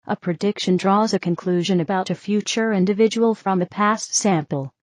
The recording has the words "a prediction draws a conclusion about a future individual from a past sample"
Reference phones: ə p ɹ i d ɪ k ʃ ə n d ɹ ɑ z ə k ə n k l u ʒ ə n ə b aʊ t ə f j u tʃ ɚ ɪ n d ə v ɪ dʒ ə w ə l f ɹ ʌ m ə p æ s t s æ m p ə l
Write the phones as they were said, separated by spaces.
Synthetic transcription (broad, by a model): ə p ɹ i d ɪ k ʃ ə n d ɹ ɑ z ə k ə n k l u ʒ ə n ə b aʊ t ə f j u tʃ ɚ ɪ n d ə v ɪ dʒ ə w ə l f ɹ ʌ m ə p æ s t s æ m p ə l